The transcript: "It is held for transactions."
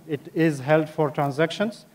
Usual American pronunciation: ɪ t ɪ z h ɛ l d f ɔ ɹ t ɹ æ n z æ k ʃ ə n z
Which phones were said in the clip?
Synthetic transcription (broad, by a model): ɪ t ɪ z h ɛ l d f ɔ ɹ t ɹ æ n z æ k ʃ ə n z